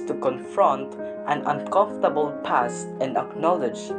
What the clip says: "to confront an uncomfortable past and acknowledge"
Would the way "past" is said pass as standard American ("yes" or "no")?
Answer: no